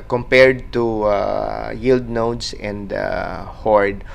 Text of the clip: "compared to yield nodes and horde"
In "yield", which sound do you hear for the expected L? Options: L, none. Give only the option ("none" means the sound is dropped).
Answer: L